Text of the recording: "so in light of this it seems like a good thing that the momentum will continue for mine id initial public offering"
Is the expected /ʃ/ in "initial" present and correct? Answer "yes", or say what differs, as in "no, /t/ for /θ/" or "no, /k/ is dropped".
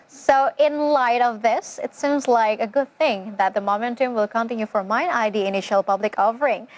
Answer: yes